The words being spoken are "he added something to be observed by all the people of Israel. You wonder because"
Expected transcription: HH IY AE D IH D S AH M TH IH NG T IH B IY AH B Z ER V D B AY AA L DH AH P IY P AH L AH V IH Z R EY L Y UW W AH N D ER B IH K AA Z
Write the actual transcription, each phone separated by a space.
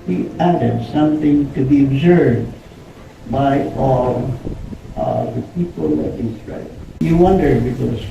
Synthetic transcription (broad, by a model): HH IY AE D IH D S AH M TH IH NG T IH B IY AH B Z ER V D B AY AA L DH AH P IY P AH L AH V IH S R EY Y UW W AH N D ER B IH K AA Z